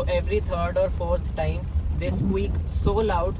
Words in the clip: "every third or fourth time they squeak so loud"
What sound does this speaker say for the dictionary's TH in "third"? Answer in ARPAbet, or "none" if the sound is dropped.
T